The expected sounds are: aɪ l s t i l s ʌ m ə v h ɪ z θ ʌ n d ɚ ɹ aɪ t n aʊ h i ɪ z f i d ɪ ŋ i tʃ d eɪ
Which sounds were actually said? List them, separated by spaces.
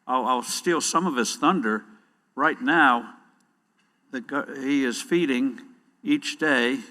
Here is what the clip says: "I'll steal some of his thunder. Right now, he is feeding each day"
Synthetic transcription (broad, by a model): aɪ l s t i l s ʌ m ə v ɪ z θ ʌ n d ɚ ɹ aɪ t n aʊ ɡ i ɪ z f i d ɪ ŋ i tʃ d eɪ